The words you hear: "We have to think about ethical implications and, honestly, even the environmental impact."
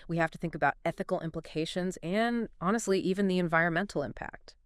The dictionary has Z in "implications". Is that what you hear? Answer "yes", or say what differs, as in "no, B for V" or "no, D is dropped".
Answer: yes